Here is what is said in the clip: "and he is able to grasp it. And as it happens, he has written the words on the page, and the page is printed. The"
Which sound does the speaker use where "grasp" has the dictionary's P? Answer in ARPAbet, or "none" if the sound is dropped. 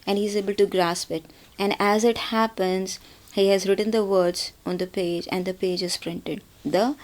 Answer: P